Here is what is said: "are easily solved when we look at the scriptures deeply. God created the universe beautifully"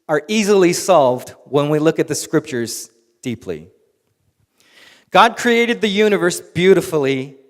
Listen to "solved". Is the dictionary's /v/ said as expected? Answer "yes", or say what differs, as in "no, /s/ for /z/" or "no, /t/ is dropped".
yes